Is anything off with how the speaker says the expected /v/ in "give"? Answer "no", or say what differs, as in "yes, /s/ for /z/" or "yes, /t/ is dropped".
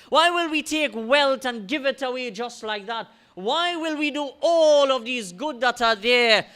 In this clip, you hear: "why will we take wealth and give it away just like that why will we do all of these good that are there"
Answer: no